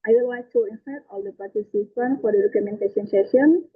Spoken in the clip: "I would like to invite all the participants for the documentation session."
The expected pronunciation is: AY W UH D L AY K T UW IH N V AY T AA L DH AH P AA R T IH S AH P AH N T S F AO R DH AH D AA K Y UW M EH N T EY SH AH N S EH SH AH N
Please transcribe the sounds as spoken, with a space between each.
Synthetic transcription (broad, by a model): AY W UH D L AY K T UW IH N F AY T AA L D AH P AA R T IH S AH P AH N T F AO R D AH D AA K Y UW M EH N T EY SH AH N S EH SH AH N